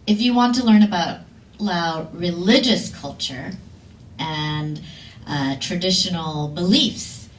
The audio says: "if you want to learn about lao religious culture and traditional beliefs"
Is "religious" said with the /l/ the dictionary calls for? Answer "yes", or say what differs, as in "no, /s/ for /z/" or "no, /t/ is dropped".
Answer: yes